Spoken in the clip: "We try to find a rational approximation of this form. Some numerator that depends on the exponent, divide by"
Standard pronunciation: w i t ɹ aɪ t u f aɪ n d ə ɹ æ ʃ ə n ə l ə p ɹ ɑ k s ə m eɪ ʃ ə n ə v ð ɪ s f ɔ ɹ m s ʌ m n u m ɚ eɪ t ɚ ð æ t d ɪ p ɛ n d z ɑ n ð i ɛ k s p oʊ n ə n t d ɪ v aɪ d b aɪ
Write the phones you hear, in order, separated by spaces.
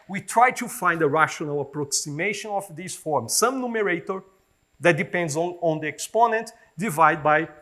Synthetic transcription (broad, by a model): w i t ɹ aɪ t u f aɪ n d ə ɹ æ ʃ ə n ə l ə p ɹ ɑ k s ə m eɪ ʃ ə n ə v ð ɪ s f ɔ ɹ m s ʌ m n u m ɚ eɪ t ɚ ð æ t d ɪ p ɛ n d z ɑ n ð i ɛ k s p oʊ n ə n t d ɪ v aɪ d b aɪ